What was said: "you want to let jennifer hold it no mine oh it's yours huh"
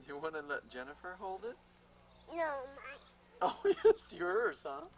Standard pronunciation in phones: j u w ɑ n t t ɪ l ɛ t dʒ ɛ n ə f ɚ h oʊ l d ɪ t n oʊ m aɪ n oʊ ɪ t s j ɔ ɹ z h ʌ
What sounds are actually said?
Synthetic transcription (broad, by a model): j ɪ w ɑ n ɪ l ɛ t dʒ ɛ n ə f ɚ h oʊ l d ɪ t n oʊ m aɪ oʊ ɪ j s j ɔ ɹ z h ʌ